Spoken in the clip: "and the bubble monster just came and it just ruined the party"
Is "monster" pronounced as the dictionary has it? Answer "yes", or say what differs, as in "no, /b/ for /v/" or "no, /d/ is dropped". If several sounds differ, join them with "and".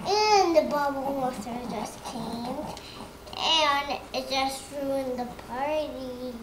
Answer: no, /n/ is dropped